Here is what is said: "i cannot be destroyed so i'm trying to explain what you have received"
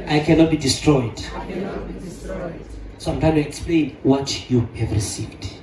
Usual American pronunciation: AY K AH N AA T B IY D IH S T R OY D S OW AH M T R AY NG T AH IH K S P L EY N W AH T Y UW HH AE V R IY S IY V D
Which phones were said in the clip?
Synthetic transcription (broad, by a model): AY K AH N AA T B IY D IH S T R OY D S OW AH M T AY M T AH K S P L EY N W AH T Y UW HH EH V R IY S IY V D